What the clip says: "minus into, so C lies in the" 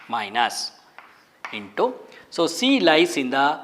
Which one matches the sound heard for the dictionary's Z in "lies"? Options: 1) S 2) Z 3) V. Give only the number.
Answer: 1